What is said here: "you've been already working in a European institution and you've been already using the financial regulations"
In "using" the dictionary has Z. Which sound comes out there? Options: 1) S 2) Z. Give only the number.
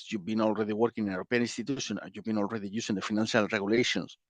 1